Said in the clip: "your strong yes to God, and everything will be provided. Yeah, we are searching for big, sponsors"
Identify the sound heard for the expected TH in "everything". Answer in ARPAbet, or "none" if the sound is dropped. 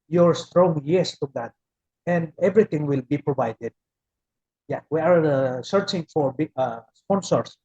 T